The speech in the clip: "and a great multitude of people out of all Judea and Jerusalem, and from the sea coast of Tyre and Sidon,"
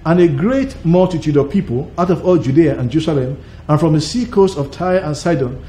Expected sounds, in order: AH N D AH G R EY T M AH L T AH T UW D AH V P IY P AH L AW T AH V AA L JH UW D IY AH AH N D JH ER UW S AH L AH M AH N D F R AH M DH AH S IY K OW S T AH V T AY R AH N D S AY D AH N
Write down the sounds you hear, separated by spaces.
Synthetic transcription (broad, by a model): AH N AH G R EY T M AH L T AH T UW D AH V P IY P AH L AW T AH V AA L JH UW D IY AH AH N JH ER UW S AH L AH M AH N F R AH M DH AH S IY K OW S T AH V T AY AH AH N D S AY D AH N